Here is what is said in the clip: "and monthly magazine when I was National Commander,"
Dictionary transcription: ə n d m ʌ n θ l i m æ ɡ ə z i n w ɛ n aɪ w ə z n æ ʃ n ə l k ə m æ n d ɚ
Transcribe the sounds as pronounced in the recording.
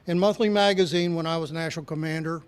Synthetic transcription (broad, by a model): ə n m ʌ n θ l i m æ ɡ ə z i n w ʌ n aɪ w ə z n æ ʃ n l k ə m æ n d ɚ